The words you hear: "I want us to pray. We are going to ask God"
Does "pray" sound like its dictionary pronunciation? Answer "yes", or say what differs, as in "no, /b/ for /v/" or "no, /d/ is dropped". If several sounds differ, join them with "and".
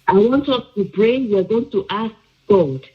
no, /b/ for /p/